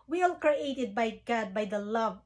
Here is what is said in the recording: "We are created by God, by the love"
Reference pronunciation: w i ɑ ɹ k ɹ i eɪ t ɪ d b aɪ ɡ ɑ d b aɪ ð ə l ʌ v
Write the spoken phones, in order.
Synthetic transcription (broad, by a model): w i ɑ l k ɹ i eɪ t ɪ d b aɪ ɡ ɑ d b aɪ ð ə l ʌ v